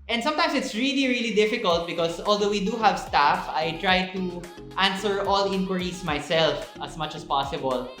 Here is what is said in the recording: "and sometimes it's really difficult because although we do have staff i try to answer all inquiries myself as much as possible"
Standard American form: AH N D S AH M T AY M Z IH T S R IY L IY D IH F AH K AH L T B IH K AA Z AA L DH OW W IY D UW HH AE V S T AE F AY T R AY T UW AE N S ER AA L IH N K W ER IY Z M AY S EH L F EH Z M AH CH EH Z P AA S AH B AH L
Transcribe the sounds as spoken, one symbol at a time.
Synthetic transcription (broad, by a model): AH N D S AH M T AY M S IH T S R IY L IY D IH F AH K AH L T B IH K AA S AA L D OW W IY D UW HH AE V S T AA F AY T R AY T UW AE N S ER AA L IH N K W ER IY S M AY S EH L F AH S M AH CH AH S P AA S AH B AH L